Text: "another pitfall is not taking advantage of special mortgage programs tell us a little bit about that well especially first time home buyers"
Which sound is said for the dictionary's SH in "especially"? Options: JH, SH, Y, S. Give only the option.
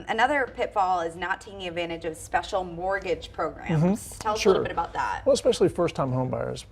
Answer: SH